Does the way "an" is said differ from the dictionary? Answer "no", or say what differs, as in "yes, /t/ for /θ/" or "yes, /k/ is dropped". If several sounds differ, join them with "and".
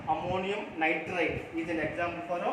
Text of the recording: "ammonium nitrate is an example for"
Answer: yes, /l/ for /n/